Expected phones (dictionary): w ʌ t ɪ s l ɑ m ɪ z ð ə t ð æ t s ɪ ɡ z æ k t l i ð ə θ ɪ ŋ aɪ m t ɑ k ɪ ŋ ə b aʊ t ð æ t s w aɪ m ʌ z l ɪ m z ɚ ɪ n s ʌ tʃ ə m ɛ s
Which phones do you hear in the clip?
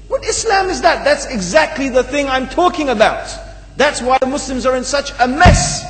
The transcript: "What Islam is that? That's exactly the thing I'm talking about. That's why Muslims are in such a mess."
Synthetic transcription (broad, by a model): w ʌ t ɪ s l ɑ m ɪ z ð ə t ð æ t s ɪ ɡ z æ k t l i ð ə θ ɪ ŋ aɪ m t ɑ k ɪ ŋ ə b aʊ t ð æ t s w aɪ m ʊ s l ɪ m z ɚ ɪ n s ʌ tʃ ə m ɛ s